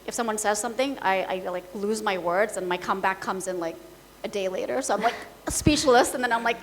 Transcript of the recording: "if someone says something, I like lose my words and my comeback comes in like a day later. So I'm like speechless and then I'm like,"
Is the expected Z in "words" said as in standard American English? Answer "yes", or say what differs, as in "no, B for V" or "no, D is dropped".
yes